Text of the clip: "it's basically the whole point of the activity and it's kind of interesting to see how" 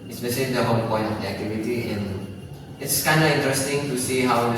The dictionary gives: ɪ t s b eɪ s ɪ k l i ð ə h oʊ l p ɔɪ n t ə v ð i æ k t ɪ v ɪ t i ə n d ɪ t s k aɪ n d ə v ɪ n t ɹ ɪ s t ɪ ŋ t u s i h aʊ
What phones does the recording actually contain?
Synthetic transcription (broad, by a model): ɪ s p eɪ ʃ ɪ l i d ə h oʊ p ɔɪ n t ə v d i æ k t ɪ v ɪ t i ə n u ɪ t s k aɪ n d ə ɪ n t ɹ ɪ s t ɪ ŋ t u s i h aʊ